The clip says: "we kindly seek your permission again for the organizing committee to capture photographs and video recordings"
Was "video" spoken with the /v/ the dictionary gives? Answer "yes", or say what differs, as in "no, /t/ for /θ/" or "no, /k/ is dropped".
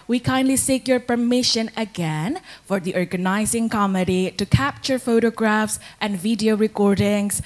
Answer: yes